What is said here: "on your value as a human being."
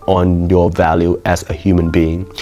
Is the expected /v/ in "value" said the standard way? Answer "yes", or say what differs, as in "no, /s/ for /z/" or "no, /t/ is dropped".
yes